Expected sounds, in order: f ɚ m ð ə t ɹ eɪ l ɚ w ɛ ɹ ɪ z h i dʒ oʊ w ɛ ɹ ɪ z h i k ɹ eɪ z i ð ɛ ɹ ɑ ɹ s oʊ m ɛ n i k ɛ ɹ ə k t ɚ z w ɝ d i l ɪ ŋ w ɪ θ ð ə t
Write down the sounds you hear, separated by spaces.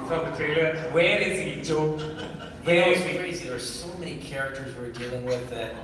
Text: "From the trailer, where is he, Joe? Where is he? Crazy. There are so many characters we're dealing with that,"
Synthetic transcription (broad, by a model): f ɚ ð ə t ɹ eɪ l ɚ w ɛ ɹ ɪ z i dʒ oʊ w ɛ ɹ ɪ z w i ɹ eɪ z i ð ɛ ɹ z s oʊ m ɛ n i k ɛ ɹ ə k t ɚ z w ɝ d i l ɪ ŋ w ɪ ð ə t